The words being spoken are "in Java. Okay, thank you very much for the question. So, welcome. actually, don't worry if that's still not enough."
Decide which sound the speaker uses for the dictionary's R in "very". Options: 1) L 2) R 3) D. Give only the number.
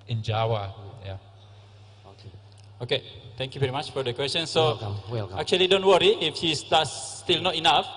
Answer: 2